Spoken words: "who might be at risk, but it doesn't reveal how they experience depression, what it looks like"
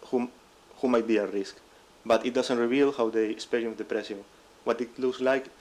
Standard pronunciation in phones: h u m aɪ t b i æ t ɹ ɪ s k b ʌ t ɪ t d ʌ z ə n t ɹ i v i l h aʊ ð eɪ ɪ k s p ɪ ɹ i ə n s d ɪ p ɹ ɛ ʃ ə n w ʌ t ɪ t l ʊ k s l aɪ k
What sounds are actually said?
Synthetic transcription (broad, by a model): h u m aɪ t b i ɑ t ɹ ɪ s k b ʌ t ɪ t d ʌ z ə n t ɹ i v i l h aʊ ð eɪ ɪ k s p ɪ ɹ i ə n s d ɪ p ɹ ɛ s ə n w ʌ t ɪ t l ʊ k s l aɪ k